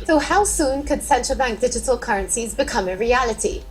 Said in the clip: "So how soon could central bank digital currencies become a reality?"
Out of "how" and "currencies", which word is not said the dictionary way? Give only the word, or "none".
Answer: none